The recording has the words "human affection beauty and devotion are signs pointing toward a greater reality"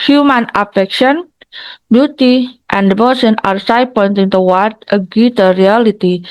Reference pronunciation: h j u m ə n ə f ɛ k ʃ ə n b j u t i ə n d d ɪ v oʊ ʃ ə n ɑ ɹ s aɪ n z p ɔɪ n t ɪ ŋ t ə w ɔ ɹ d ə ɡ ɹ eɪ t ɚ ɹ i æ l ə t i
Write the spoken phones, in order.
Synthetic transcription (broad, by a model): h j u m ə n ə f ɛ k ʃ ə n b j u t i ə n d d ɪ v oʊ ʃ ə n ɑ ɹ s aɪ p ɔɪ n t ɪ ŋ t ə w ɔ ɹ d ə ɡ u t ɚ ɹ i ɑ l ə t i